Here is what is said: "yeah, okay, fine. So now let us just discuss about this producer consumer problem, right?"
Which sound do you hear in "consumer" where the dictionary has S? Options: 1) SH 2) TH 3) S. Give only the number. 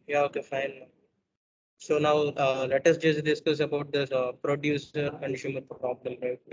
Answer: 1